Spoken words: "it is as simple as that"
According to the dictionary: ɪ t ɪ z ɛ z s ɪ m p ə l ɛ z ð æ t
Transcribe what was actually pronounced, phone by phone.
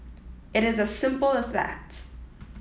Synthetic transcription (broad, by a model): ɪ t ɪ z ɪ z s ɪ m p l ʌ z ð æ t